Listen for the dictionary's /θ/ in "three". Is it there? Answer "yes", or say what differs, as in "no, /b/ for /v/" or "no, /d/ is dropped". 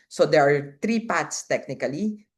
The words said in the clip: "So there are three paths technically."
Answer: no, /t/ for /θ/